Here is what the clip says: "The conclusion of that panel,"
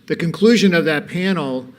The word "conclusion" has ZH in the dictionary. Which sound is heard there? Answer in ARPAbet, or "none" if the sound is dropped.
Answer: ZH